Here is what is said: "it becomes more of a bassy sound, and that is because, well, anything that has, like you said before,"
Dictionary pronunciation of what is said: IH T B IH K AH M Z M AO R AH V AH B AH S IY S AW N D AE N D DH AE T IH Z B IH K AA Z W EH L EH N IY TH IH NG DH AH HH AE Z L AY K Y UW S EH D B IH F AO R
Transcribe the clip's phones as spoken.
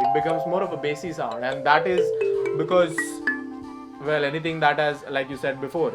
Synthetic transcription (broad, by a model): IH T B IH K AH M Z M AO R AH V AH B AH S IY S AW N D AE N D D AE T IH Z B IH K AA Z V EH L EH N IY T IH NG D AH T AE Z L AY K Y UW S EH D B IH F AO R